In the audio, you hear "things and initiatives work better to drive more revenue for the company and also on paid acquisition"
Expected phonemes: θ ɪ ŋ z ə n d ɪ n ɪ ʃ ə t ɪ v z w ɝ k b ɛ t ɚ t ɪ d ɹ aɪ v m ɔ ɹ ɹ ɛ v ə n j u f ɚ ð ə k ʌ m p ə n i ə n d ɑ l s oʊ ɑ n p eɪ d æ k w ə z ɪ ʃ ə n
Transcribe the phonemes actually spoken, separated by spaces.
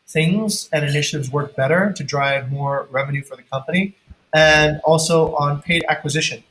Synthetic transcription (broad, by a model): θ ɪ ŋ z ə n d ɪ n ɪ ʃ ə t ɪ v z w ɝ k b ɛ t ɚ t ɪ d ɹ aɪ v m ɔ ɹ ɹ ɛ v ə n j u f ɚ ð ə k ʌ m p ə n i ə n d ɑ l s oʊ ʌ n p eɪ d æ k w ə z ɪ ʃ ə n